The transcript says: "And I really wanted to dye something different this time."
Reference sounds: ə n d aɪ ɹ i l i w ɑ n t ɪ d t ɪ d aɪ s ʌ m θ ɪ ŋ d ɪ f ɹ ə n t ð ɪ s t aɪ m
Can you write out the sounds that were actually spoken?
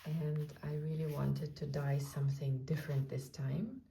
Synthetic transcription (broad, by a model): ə n d aɪ ɹ i l i w ɑ n t ɪ d t ɪ d aɪ s ʌ m θ ɪ ŋ d ɪ f ɹ ə n t ð ɪ s t aɪ m